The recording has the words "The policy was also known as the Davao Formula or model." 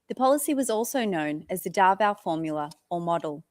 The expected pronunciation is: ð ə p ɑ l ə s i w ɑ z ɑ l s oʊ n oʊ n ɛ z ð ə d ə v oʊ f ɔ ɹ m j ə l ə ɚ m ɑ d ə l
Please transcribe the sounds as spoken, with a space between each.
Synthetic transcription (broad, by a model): ð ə p ɑ l ə s i w ɑ z ɑ l s oʊ n oʊ n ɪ z ð ə d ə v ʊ f ɔ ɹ m j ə l ə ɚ m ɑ d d l